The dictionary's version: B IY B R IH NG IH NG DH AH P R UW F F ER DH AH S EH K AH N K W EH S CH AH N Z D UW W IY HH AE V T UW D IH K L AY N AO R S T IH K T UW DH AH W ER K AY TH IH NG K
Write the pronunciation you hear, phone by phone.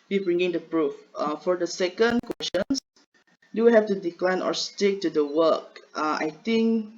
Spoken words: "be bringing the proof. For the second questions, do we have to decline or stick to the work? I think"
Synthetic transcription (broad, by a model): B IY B R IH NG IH NG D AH P R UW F F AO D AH S EH K AH N K W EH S SH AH N S D UW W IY HH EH F T UW D IH K L AY N AO R S T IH K T UW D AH W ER K AY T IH NG K